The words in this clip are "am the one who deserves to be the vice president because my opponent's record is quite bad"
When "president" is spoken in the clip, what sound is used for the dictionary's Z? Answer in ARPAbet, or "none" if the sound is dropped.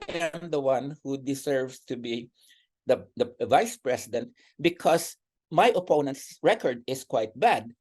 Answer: S